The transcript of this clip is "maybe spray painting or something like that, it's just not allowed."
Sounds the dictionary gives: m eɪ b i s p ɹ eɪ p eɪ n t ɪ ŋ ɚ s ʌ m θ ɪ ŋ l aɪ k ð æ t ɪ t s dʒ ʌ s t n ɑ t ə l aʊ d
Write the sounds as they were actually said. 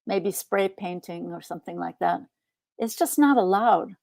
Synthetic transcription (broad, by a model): m eɪ b i s p ɹ eɪ p eɪ n t ɪ ŋ ɚ s ʌ m θ ɪ ŋ l aɪ k ð æ t ɪ t s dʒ ʌ s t n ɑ t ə l aʊ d